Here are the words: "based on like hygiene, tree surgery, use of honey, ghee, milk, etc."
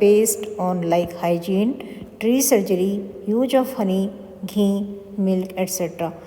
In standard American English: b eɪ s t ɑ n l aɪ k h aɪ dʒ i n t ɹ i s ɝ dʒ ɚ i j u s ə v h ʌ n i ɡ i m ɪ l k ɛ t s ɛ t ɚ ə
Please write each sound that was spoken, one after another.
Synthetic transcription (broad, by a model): eɪ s t ɑ n l aɪ k h aɪ dʒ i n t ɹ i s ɝ dʒ ɚ i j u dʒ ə f h ʌ n i ɡ i m ɪ l k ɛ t s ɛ t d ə